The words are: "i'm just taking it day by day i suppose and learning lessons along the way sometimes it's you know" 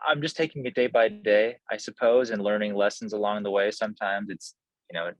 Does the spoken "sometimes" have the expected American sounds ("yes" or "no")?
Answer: yes